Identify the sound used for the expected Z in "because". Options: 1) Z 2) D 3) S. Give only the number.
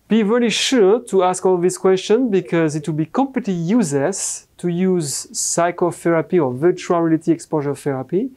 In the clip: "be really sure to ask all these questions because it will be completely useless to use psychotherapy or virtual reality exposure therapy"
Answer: 1